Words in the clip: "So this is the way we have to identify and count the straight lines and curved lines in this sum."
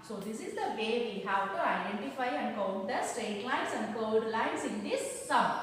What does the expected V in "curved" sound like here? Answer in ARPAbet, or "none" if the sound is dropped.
none